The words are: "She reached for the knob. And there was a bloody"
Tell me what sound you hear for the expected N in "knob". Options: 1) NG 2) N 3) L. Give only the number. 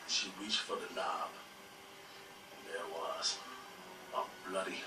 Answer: 3